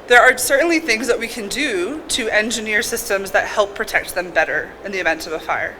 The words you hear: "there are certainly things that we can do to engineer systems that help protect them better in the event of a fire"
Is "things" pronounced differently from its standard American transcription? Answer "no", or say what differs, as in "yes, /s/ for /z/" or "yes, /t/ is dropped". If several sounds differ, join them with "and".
no